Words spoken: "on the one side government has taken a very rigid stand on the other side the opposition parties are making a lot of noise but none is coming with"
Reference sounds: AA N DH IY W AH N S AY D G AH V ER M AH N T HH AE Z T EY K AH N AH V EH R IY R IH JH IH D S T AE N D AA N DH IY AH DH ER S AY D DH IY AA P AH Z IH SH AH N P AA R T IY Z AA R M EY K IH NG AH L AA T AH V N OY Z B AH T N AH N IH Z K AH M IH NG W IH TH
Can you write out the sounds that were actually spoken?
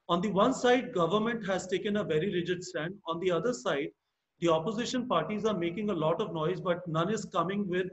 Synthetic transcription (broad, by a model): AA N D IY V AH N S AY D G AH V ER M AH N T HH AE Z T EY K AH N AH V EH R IY R IH JH IH D S T AE N D AA N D IY AH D ER S AY D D IY AA P AH Z IH SH AH N P AA R T IY Z AA R M EY K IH NG AH L AA T AH V N OY Z B AH T N AH N IH Z K AH M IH NG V IH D